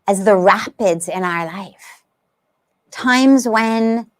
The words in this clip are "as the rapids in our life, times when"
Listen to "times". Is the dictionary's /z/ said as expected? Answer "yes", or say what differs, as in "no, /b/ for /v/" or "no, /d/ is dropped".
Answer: yes